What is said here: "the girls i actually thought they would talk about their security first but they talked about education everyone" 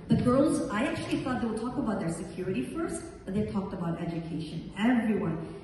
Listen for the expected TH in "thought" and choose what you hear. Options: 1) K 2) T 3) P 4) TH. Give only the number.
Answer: 4